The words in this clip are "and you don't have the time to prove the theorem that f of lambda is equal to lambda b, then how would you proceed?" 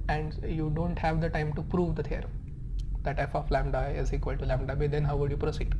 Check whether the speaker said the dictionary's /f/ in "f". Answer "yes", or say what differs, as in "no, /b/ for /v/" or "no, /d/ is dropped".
no, /p/ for /f/